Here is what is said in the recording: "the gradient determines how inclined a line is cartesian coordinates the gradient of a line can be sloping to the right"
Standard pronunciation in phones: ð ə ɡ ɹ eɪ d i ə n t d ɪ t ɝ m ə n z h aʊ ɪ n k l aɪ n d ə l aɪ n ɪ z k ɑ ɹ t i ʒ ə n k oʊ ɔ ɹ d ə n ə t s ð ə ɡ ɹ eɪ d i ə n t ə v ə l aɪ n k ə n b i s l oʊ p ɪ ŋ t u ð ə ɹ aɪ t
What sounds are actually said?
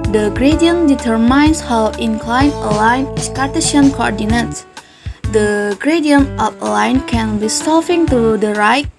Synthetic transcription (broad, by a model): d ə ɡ ɹ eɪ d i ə n d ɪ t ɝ m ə n s h aʊ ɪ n k l aɪ n ə l aɪ n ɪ s k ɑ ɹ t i ʃ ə n k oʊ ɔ ɹ d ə n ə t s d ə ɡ ɹ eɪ d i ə n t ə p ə l aɪ n k ə n b i s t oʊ f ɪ ŋ t u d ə ɹ aɪ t